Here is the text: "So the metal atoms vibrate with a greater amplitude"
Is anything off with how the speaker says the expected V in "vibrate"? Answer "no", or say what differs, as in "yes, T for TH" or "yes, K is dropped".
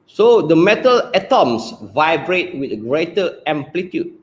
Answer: no